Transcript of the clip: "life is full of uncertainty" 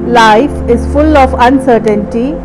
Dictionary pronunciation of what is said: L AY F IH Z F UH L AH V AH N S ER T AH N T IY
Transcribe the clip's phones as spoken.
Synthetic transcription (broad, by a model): L AY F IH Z F UH L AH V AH N S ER T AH N T IY